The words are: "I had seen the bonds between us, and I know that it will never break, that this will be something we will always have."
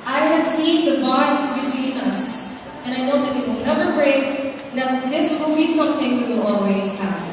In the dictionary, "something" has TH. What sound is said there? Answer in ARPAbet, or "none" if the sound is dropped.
TH